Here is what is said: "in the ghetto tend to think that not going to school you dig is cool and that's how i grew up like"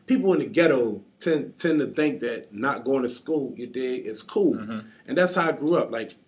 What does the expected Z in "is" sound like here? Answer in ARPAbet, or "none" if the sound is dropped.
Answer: S